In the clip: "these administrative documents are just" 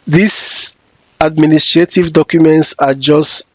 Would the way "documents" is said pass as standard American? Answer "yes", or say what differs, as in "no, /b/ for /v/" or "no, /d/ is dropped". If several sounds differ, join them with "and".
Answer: yes